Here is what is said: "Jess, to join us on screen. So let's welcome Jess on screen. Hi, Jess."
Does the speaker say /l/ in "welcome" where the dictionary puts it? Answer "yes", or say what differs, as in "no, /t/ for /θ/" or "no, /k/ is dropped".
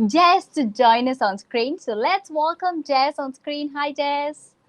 yes